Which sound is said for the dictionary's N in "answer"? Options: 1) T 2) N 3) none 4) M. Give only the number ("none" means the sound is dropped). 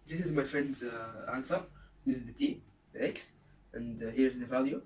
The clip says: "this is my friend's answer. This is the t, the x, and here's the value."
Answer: 2